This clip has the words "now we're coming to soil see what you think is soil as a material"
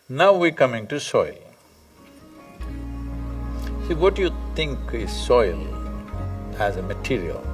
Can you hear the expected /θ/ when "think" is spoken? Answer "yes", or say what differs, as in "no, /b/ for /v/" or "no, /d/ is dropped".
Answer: no, /t/ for /θ/